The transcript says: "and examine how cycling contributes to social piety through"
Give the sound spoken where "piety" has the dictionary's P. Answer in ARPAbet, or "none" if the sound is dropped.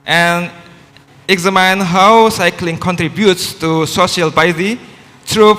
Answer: B